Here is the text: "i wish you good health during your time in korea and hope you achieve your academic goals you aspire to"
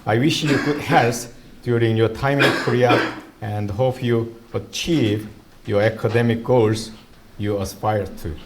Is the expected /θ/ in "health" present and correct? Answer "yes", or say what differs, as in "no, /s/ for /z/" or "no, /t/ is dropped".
no, /s/ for /θ/